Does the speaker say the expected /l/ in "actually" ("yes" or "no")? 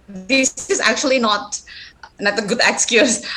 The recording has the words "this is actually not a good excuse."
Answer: no